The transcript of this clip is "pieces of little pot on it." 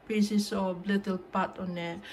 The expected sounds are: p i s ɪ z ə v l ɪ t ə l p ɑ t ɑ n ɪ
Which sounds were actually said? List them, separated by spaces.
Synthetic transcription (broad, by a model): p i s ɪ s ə b l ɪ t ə l p ɑ t ɑ n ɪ